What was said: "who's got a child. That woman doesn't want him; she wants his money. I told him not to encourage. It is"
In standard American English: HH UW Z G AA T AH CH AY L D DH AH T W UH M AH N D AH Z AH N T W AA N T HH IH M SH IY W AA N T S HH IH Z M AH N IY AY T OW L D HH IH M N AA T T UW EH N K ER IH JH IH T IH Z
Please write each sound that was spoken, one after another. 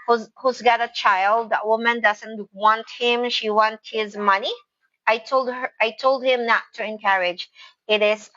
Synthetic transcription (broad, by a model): HH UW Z G AA T AH CH AY L D DH AH T W UH M AH N D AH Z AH N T W AA N T HH IH M SH IY W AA N T HH IH Z M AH N IY AY T OW L D HH IH M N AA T T UW EH N K ER IH JH IH T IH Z